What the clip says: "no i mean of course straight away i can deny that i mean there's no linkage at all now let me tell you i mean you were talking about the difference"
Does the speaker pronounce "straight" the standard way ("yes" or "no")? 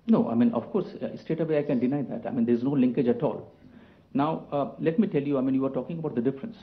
no